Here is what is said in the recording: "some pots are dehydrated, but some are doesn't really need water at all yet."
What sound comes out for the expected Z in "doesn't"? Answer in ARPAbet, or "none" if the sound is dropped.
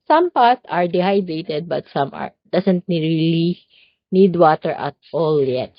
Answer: S